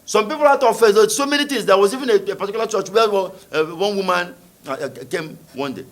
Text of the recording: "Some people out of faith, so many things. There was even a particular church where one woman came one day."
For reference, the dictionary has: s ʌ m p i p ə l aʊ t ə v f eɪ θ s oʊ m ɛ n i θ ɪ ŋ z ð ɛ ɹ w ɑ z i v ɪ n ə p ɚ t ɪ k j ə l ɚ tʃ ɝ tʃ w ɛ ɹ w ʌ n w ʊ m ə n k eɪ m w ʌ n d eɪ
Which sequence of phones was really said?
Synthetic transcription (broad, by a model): s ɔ m p i p ə l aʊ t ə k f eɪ s oʊ m ɛ n i t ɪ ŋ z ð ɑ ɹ w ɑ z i v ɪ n ə p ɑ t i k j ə l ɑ tʃ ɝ tʃ w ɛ w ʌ n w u m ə n k eɪ m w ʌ n d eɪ